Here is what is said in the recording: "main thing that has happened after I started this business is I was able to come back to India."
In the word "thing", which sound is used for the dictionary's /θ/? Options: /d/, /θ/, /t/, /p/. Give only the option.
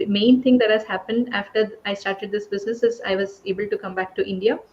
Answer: /t/